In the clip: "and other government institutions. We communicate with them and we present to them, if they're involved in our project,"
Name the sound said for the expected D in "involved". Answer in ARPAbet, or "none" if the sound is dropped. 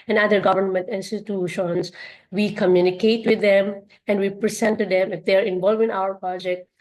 none